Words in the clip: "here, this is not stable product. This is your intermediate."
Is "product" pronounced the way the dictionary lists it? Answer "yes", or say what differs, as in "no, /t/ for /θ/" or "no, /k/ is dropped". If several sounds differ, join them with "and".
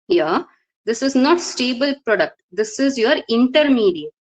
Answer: yes